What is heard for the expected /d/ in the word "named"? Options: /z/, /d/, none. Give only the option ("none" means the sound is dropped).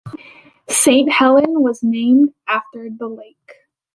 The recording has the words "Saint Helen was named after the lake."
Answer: /d/